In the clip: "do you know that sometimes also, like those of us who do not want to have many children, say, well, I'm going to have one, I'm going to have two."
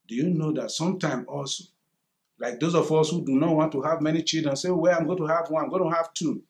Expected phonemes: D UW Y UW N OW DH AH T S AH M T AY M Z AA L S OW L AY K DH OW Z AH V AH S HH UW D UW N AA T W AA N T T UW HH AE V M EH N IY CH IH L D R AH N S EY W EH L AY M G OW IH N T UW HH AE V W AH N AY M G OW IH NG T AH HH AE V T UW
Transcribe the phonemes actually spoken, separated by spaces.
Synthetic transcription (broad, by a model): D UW Y UW N OW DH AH T S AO M T AY M AA L S OW L AY K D OW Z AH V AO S HH UW D UW N AA T W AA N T T UW HH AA V M EH N IY CH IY L D R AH N S EY W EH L AY M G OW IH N T UW HH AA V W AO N AY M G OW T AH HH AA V T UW